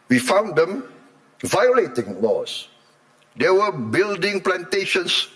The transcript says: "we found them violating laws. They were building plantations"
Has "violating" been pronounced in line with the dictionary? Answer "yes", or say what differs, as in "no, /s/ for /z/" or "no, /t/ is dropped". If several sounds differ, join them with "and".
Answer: yes